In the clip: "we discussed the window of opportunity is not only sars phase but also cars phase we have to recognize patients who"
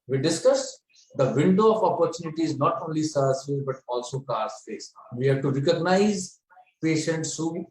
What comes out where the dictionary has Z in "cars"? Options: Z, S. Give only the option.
S